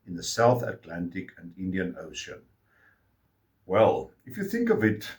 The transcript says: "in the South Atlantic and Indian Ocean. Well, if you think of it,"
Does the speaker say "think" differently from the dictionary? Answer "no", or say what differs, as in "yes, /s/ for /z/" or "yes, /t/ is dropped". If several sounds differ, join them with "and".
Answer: no